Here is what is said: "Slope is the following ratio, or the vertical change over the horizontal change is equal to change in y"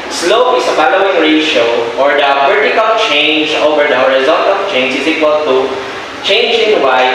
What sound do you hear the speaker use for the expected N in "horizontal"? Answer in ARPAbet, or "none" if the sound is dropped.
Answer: L